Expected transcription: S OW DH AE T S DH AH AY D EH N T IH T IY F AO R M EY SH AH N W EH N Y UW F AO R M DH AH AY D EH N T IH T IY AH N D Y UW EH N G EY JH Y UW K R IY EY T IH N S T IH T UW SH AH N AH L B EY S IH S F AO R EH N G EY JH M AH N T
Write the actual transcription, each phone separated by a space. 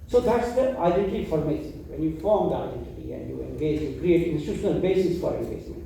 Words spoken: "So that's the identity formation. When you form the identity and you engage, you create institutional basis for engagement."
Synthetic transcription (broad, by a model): S OW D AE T S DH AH AY D EH N T IH T IY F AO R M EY S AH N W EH N Y UW F AO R M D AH AY D EH N T IH T IY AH N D Y UW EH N G EY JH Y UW K R IY EY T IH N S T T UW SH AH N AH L B EY S IH S F AO R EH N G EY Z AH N